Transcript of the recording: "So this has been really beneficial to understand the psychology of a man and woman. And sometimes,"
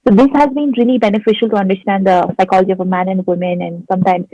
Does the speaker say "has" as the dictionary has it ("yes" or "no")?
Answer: yes